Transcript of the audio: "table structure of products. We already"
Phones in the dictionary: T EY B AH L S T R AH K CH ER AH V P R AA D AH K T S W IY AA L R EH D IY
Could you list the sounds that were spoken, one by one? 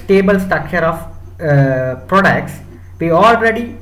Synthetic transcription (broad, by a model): T EY B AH L S T AH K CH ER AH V P R AA D AH K T S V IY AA L R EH D IY